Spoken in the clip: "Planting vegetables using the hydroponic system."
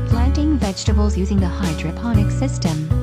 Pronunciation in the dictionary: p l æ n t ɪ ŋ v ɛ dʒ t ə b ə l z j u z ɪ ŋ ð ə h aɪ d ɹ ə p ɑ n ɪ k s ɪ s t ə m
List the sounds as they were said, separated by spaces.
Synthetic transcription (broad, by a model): p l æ n t ɪ ŋ v ɛ dʒ t ə b ə l z j u z ɪ ŋ ð ə h aɪ d ɹ ə p ɑ n ɪ k s ɪ s t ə m